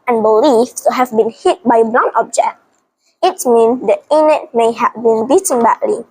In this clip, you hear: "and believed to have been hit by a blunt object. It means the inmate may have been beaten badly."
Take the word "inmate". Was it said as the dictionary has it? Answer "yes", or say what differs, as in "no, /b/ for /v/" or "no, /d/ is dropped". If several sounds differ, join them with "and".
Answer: no, /m/ is dropped